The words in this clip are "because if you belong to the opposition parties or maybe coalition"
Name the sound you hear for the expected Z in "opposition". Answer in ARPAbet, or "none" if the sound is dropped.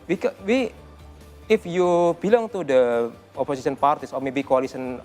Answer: S